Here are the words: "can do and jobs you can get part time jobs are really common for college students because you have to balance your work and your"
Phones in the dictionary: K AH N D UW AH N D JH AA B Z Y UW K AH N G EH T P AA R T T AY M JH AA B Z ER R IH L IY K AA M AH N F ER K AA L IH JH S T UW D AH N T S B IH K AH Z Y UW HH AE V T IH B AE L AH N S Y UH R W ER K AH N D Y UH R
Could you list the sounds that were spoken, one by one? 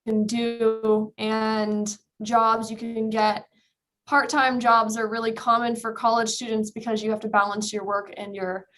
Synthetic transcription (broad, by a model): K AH N D UW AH N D JH AA B Z Y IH K AH N G EH T P AA R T T AY M JH AA B Z ER R IH L IY K AA M AH N F ER K AA L IH JH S T UW D N T S B IH K AH Z Y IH HH AE F T IH B AE L AH N S Y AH R W ER K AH N Y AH R